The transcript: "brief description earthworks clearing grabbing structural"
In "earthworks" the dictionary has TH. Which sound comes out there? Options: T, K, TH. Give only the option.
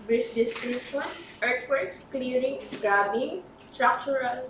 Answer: T